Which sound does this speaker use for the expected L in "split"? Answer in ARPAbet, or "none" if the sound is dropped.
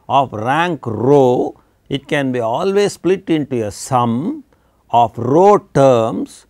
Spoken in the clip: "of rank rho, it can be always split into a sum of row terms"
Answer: L